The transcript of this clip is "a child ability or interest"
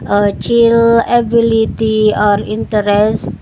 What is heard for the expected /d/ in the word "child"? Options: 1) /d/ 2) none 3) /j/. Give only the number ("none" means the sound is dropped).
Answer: 2